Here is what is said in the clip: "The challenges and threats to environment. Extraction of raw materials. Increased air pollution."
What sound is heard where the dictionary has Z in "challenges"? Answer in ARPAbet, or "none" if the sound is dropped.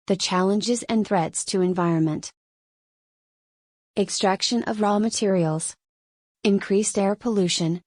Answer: Z